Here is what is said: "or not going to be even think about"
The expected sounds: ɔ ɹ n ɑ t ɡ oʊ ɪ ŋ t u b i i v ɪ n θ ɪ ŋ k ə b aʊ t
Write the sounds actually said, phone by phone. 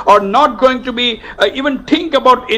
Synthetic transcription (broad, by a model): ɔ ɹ n ɑ t ɡ oʊ ɪ ŋ t u b i i v ɪ n t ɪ ŋ k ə b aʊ t